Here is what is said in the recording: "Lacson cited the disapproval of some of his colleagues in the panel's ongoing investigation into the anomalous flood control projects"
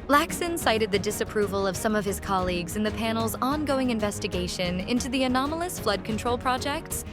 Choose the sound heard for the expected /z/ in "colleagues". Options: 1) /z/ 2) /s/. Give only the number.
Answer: 1